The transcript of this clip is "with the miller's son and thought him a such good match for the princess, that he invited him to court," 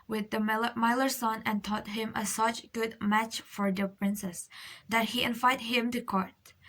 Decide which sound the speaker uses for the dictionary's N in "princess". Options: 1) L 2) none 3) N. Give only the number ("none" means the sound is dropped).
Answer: 3